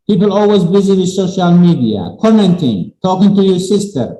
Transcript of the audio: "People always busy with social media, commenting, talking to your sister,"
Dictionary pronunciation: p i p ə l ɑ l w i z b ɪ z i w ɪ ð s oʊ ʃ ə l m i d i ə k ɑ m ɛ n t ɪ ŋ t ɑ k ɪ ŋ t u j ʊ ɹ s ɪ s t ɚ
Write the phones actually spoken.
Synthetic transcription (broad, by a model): p i p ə l ɑ l w i z b ɪ z i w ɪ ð s oʊ ʃ ə l m i d i ə k ɑ m ɛ n t ɪ ŋ t ɑ k ɪ ŋ t u j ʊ ɹ s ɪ s t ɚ